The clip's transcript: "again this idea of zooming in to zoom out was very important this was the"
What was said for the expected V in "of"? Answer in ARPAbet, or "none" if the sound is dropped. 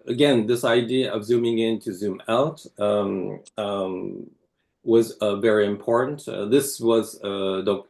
V